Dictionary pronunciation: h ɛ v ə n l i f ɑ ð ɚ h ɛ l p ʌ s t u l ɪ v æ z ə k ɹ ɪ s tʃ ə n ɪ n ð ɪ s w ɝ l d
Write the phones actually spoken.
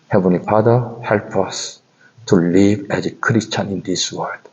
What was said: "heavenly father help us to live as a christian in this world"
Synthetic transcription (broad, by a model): h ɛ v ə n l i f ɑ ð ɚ h ɛ l p ʌ s t u l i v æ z ə k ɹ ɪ s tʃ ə n ɪ n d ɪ s w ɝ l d